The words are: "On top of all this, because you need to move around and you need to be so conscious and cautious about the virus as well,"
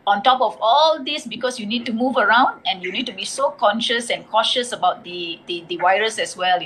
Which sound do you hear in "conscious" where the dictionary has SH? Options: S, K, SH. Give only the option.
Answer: SH